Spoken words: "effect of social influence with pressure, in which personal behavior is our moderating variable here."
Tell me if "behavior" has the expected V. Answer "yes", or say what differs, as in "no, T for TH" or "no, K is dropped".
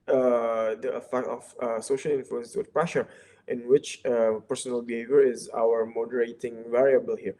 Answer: yes